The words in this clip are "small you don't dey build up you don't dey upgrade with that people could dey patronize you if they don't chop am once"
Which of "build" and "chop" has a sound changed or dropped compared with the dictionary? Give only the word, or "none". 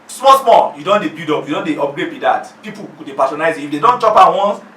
build